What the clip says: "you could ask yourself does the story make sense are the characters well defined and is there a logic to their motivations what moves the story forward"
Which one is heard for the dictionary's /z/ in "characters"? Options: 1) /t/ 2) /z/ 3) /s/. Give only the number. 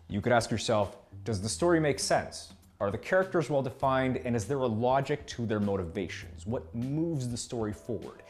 2